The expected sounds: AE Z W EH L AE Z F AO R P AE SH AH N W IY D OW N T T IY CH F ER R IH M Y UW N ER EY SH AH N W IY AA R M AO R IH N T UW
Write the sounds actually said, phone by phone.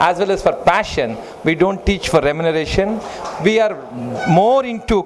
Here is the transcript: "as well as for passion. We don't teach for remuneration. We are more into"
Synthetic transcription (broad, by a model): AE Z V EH L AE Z F AO R P AE SH AH N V IY D OW N T T IY CH F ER R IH M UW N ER EY SH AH N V IY AA R M AO R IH N T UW